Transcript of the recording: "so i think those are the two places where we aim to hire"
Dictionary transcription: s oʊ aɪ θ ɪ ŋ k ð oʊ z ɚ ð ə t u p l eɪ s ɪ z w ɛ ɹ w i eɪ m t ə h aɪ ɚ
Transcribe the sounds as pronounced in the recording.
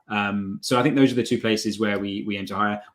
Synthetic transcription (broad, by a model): s oʊ aɪ θ ɪ ŋ k ð oʊ z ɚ ð ə t u p l eɪ s ɪ z w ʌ w w i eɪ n t ə h aɪ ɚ